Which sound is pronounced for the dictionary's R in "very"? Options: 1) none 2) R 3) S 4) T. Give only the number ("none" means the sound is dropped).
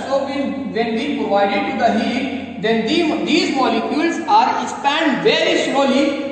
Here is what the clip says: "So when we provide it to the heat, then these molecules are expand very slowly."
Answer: 2